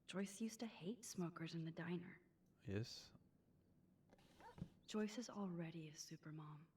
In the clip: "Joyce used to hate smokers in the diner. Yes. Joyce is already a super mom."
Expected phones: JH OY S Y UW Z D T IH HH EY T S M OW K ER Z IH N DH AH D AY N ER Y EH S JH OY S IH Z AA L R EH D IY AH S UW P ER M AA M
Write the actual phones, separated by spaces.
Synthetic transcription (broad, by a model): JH OY S Y UW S T IH HH EY T S M OW K ER Z IH N DH AH D AY N ER Y EH S JH OY S IH Z L R EH D IY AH S UW P ER M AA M